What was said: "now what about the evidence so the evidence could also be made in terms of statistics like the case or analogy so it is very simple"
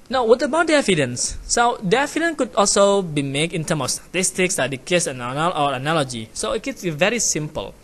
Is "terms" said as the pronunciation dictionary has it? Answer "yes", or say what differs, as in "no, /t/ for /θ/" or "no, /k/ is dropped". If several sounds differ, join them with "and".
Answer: no, /z/ is dropped